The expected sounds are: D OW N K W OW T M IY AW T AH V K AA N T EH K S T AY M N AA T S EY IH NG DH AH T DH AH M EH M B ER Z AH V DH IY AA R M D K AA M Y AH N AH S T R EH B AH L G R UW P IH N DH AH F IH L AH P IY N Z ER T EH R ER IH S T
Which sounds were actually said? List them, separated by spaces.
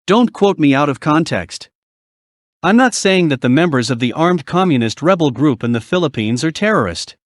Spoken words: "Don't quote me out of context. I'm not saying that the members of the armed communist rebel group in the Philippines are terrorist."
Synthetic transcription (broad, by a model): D OW N K W OW T M IY AW T AH V K AA N T EH K S T AY M N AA T S EY IH NG DH AH T DH AH M EH M B ER Z AH V DH IY AA R M D K AA M Y AH N AH S T R EH B L G R UW P IH N DH AH F IH L AH P IY N Z ER T EH R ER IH S T